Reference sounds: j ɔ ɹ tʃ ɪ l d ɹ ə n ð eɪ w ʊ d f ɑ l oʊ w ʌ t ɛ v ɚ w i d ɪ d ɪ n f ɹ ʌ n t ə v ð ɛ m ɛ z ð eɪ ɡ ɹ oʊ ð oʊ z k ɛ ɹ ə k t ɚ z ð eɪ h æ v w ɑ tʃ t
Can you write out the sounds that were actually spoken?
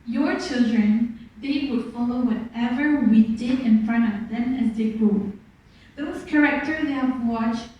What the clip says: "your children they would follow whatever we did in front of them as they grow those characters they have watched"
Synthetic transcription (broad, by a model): j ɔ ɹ tʃ ɪ l d ɹ ə n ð eɪ w ʊ d f ɑ l oʊ w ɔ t ɛ v ɚ w i d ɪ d ɪ n f ɹ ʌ n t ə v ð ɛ m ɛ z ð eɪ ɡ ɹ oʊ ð oʊ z k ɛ ɹ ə k t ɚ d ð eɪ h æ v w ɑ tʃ